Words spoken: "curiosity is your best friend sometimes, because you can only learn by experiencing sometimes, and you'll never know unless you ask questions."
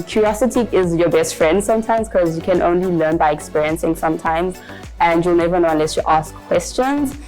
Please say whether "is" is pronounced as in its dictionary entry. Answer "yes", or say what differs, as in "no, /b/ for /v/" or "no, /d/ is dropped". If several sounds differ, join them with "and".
yes